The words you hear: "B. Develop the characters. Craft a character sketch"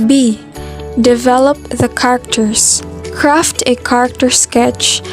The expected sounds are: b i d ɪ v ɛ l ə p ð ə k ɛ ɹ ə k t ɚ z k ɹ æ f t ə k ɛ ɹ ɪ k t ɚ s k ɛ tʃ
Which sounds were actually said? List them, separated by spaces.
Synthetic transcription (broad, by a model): b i d ɪ v ɛ l ə p ð ə k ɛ ɹ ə k t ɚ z k ɹ æ f t ə k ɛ ɹ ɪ k t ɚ s k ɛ tʃ